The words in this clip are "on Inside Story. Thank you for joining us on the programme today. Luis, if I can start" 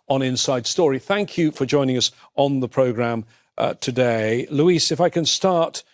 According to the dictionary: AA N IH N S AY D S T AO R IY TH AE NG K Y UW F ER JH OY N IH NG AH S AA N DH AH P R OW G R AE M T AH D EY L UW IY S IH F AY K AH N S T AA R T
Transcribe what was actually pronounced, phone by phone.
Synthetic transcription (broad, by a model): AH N IH N S AY D S T AO R IY TH AE NG K Y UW F ER JH OY N IH NG AH S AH N DH AH P R OW G R AE M T AH D EY L UW IY S IH F AY K AH N S T AA R T